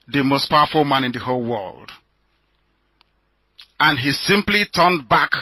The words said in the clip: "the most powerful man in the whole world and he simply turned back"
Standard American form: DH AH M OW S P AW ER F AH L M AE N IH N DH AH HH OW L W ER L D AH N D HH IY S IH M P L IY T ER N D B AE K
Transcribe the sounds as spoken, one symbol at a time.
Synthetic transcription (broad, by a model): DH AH M OW S P AW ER F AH L M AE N IH N DH AH HH OW L W ER L D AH N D HH IY S IH M P L IY T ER N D B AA K